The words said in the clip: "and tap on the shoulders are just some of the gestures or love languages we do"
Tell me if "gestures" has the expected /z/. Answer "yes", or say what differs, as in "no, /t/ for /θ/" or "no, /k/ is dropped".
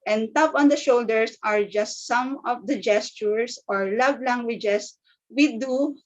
no, /s/ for /z/